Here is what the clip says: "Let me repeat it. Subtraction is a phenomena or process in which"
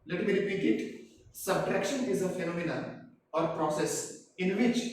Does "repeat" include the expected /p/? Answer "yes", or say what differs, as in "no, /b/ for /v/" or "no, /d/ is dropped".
no, /b/ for /p/